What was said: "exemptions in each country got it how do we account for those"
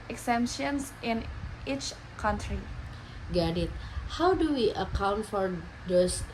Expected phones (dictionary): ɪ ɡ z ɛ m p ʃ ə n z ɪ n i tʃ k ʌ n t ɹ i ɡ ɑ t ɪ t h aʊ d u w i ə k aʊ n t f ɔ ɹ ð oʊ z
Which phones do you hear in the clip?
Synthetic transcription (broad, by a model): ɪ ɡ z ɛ m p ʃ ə n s ɪ n i tʃ k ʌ n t ɹ i ɡ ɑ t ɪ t h aʊ d u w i ə k aʊ n t f ɔ ɹ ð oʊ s